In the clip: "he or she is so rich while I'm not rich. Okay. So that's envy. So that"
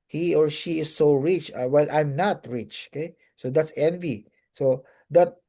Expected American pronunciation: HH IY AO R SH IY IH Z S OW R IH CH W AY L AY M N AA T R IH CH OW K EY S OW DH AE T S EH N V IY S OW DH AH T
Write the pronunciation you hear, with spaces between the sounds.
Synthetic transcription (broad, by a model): HH IY AO R SH IY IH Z S OW R IH CH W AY L AY M N AA T R IH CH OW K EY S OW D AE T S EH N V IY S OW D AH T